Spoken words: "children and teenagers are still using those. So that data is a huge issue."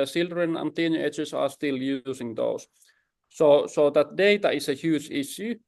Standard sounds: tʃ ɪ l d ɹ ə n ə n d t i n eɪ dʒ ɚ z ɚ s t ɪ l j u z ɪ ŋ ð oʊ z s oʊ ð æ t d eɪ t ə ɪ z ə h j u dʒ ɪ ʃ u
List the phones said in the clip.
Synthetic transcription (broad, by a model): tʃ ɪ l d ɹ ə n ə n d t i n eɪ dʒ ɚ s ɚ s t ɪ l j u s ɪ ŋ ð oʊ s s oʊ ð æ t d eɪ t ə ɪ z ə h j u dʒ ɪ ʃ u